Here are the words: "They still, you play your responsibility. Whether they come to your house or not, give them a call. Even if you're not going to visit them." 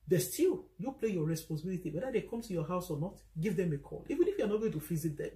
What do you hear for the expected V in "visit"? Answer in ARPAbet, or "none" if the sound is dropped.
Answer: F